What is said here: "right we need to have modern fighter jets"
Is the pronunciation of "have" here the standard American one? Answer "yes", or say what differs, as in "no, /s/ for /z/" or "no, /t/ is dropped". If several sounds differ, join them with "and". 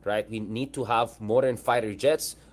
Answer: yes